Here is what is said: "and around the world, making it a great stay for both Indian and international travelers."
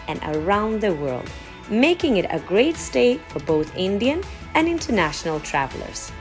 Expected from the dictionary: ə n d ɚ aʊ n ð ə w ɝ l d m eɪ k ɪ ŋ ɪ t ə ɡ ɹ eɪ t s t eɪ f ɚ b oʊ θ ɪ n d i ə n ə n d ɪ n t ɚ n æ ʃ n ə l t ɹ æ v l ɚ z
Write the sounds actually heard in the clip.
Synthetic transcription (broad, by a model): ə n ɚ aʊ n ð ə w ɝ l d m eɪ k ɪ ŋ ɪ t ə ɡ ɹ eɪ t s t eɪ f ɚ b oʊ θ ɪ n d i ə n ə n ɪ n t ɚ n æ ʃ n ə l t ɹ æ v l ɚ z